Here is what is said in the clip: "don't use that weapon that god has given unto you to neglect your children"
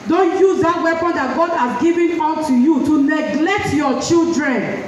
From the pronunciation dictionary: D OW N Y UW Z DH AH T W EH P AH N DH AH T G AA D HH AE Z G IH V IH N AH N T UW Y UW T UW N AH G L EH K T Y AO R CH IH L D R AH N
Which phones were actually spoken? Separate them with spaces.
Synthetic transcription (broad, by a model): D OW N Y UW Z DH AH T W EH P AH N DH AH T G AA D HH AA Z G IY V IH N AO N T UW Y UW T UW N AH G L EH K T Y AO CH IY L D R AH N